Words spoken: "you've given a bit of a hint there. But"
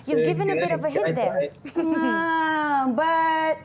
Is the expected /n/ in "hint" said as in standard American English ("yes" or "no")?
no